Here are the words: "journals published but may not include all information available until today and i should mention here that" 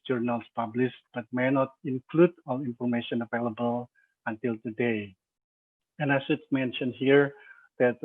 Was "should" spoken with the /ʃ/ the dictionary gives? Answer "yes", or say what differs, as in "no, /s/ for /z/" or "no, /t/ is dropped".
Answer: no, /s/ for /ʃ/